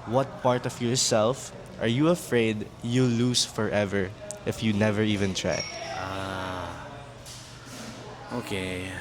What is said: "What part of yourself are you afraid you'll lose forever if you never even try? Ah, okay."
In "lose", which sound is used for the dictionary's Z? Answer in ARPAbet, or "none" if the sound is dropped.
S